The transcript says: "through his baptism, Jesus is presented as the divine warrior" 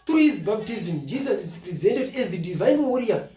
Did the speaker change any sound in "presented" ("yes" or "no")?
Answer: no